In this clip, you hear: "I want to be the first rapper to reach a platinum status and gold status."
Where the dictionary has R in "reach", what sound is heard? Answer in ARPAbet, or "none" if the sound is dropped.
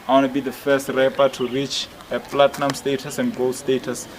R